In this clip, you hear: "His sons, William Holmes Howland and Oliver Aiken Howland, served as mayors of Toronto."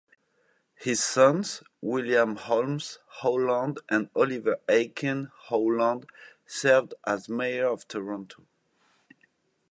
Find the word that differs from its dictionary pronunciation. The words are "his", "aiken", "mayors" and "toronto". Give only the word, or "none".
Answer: mayors